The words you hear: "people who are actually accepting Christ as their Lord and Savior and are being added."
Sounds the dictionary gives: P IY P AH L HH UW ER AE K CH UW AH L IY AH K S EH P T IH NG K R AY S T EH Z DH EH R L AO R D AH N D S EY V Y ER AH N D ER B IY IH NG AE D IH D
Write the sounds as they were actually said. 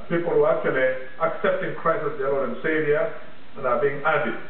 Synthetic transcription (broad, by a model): P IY P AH L HH UW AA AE K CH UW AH L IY AH K S EH P T IH NG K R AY S IH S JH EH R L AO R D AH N S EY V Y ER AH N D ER B IY IH NG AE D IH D